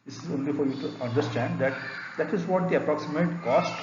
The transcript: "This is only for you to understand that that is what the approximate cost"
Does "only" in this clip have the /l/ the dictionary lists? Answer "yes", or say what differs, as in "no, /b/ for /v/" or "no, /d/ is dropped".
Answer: yes